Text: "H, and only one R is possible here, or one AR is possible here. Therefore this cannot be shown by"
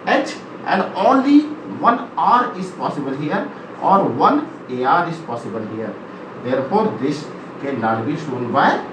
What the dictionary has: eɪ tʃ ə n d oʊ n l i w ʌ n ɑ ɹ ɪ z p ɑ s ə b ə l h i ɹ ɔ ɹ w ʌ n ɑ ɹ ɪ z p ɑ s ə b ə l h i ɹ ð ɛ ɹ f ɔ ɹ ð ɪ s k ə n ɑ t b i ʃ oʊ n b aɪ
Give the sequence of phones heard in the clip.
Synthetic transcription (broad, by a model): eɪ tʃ ə n d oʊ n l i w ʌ n ɑ ɹ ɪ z p ɑ s ə b ə l h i ɹ ɔ ɹ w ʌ n ɑ ɹ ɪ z p ɑ s ə b ə l h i ɹ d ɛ ɹ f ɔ ɹ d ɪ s k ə l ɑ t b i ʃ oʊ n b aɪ